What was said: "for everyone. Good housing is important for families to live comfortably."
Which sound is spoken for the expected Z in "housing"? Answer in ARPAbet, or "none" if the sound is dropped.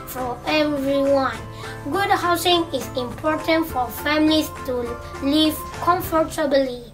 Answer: S